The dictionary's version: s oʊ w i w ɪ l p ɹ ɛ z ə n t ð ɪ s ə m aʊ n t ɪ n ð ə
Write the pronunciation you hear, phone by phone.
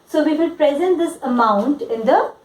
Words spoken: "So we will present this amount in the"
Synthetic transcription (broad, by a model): s oʊ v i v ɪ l p ɹ ɛ z ə n t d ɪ s ə m aʊ n t ɪ n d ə